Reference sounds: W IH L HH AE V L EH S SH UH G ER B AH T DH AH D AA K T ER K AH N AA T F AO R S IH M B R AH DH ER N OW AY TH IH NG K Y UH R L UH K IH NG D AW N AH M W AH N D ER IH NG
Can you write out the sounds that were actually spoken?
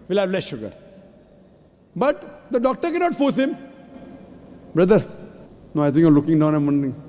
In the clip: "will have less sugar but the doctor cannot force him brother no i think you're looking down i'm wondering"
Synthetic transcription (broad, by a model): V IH L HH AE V L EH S SH UH G ER B AH T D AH D AA K T ER K AH N AA T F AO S IH M B R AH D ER N OW AY T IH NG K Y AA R L UH K IH NG D AW N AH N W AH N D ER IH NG